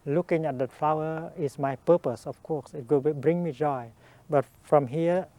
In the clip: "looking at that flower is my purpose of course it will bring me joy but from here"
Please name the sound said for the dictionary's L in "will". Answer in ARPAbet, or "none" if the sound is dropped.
W